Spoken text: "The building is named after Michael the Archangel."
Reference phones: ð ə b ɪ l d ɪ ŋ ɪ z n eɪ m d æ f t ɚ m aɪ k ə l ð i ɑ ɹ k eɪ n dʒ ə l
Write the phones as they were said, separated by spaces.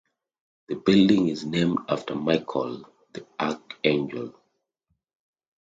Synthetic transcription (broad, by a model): ð ə b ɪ l d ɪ ŋ ɪ z n eɪ m d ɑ f t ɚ m aɪ k ə l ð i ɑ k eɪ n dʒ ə l